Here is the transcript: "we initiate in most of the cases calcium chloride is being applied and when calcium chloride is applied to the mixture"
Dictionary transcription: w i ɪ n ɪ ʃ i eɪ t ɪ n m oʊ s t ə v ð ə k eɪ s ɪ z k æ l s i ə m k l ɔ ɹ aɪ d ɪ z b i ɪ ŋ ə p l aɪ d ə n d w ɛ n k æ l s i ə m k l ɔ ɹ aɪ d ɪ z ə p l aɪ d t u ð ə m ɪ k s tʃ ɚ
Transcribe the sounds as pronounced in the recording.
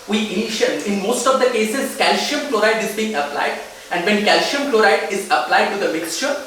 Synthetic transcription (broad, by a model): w i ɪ n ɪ ʃ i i ɪ n m oʊ s t ə v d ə k eɪ s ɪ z k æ l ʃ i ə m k l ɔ ɹ aɪ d ɪ z b i ɪ ŋ ə p l aɪ d ə n d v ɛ n k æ l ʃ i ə m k l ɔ ɹ aɪ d ɪ z ə p l aɪ d t u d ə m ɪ k s tʃ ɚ